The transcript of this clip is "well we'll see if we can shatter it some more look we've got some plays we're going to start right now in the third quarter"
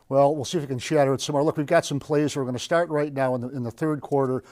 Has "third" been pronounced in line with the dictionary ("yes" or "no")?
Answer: yes